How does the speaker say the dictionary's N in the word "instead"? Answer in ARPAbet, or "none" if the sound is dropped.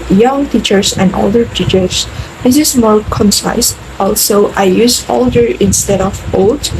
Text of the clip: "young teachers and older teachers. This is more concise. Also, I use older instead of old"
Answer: N